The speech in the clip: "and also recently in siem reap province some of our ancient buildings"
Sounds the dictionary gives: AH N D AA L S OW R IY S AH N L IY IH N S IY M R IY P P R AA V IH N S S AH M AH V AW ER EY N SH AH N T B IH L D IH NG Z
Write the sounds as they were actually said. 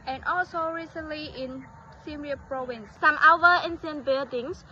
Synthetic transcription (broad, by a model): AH N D AA L S OW R IY S AH N L IY IH N S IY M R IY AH P R AA V IH N S S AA M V AW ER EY N S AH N B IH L D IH NG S